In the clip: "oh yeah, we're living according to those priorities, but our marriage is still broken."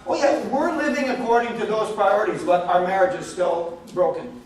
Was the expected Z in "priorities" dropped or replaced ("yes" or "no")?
no